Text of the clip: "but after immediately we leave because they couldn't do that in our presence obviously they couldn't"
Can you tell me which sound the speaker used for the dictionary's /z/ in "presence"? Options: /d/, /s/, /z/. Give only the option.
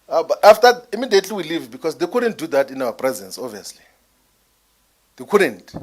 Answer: /z/